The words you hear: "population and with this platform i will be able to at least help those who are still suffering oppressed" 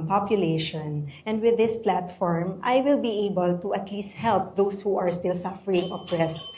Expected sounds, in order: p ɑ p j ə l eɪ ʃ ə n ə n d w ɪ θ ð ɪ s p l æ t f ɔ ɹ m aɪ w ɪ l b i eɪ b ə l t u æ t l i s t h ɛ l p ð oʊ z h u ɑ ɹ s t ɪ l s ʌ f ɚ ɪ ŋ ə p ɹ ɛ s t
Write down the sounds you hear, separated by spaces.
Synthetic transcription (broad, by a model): p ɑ p j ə l eɪ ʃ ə n ə n d w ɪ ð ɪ s p l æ t f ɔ ɹ m aɪ w ɪ l b i eɪ b ə l t u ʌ t l i s t h ɛ l p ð oʊ s h u ɑ ɹ s t ɪ l s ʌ f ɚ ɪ ŋ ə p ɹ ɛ s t